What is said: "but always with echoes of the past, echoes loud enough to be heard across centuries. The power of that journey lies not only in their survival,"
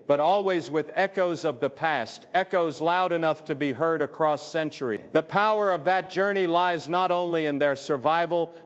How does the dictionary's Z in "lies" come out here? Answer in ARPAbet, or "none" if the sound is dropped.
Z